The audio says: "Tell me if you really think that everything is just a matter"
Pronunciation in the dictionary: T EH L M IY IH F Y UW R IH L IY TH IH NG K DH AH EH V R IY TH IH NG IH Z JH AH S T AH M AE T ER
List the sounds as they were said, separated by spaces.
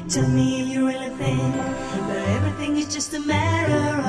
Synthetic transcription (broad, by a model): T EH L M IY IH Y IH R IH L IY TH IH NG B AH EH V R IY TH IH NG IH Z JH AH S T AH M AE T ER